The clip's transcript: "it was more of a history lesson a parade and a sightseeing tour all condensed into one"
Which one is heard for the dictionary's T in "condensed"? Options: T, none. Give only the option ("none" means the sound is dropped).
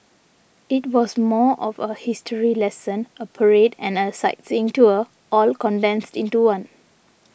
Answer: T